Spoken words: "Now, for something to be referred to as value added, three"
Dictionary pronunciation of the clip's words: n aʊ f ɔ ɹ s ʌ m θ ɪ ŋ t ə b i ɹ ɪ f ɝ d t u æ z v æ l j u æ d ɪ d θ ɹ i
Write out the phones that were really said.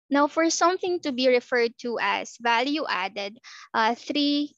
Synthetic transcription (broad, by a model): n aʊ f ɔ ɹ s ʌ m θ ɪ ŋ t ə b i ɹ ɪ f ɝ d t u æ s v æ l j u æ d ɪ d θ ɹ i